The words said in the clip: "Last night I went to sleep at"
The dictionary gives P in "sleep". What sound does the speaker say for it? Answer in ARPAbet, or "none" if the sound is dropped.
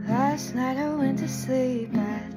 P